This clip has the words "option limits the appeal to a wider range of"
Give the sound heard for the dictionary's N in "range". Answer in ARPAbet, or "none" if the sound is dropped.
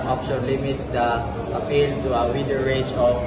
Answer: none